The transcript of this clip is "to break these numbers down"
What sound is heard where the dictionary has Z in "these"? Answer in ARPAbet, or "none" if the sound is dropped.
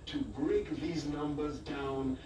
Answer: Z